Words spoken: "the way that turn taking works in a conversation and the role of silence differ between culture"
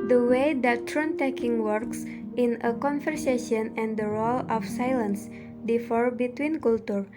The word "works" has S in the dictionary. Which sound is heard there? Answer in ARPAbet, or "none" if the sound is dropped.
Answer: S